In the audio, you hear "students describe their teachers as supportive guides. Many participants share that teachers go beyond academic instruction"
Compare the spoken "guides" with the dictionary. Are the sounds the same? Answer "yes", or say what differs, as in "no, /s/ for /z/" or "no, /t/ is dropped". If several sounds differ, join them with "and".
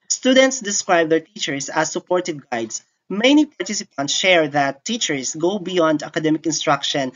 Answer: no, /s/ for /z/